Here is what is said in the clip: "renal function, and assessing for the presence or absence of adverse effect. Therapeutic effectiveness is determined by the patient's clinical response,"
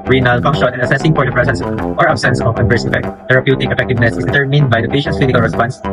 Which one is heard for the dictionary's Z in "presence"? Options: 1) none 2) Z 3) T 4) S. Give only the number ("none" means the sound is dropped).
4